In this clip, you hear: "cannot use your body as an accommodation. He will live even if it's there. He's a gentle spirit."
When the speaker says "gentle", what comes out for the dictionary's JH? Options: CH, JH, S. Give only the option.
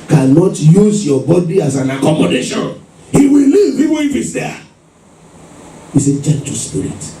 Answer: CH